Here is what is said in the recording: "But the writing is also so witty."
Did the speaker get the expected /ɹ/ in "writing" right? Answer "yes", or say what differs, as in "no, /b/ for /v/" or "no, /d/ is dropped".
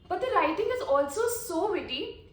no, /l/ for /ɹ/